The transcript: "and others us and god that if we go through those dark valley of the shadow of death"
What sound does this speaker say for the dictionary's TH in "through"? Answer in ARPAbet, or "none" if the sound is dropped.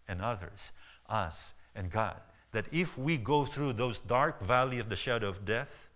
TH